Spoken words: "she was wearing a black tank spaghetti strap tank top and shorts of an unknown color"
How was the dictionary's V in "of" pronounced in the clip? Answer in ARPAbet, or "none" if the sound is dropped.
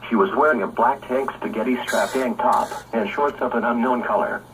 P